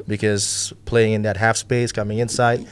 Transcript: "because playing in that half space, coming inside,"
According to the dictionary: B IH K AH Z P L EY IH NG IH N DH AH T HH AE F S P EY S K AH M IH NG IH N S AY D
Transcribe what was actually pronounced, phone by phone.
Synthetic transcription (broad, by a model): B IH K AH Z P L EY IH NG IH N DH AH T HH AE F S P EY S K AH M IH NG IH N S AY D